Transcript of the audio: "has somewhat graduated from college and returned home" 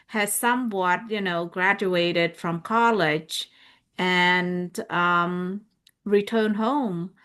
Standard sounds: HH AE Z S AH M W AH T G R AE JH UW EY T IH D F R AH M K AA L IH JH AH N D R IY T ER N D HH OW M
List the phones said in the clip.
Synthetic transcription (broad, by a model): HH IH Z S AH M W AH T G R AE JH UW EY T IH D F R AH M K AA L IH JH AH N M R IY T ER N D HH OW M